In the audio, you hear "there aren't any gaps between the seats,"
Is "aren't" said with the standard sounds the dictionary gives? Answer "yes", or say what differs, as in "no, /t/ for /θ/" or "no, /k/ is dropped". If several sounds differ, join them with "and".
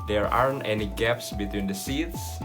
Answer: yes